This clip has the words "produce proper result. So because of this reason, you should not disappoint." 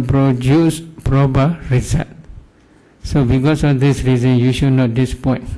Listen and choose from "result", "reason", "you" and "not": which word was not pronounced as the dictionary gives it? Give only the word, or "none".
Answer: result